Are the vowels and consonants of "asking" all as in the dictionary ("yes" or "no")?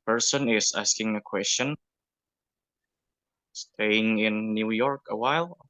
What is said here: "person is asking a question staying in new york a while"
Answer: yes